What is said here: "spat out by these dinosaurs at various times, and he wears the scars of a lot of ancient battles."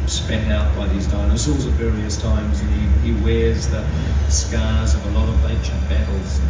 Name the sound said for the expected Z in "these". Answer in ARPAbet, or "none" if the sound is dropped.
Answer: Z